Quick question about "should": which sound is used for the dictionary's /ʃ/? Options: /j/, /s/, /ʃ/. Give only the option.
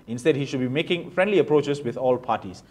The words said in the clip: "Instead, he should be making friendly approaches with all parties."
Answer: /ʃ/